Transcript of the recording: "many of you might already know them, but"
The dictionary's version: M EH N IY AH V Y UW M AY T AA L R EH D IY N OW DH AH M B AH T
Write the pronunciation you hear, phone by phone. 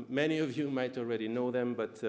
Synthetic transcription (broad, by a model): M EH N IY AH V Y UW M AY T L R EH D IY N OW DH AH M B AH T